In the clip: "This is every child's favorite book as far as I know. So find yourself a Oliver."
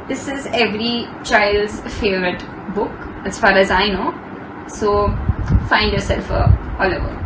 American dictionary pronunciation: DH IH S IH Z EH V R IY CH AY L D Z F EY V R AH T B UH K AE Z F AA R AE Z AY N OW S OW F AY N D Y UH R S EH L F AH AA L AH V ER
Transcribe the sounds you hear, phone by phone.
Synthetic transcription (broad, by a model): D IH S IH Z EH V R IY CH AY L D Z F EY V R AH T B UH K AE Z F AA R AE Z AY N OW S OW F AY N D Y UH R S EH L F AH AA L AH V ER